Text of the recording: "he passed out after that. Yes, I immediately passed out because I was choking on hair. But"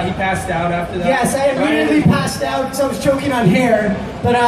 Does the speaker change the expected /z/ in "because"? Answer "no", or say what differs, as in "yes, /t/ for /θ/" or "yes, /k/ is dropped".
yes, /z/ is dropped